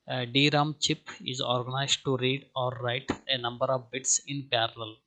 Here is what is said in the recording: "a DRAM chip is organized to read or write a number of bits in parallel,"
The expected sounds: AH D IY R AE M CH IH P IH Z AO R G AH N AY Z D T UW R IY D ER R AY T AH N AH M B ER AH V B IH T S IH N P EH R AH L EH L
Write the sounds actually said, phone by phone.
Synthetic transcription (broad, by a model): D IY R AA M CH IH P IH Z AO R G AH N AY Z D T UW R IY D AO R AY T AH N AH M B ER AH V B IH T S IH N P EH R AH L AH L